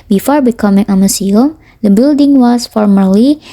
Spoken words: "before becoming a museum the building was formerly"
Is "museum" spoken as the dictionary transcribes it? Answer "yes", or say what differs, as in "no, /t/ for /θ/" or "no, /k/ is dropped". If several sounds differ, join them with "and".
no, /s/ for /z/